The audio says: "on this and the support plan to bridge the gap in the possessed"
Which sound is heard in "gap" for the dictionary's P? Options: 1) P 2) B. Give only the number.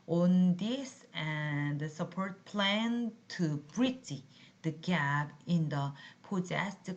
2